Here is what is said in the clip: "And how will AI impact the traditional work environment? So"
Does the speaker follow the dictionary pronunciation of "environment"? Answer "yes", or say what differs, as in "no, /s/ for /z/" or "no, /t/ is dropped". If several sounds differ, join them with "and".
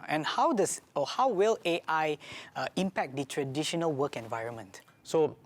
yes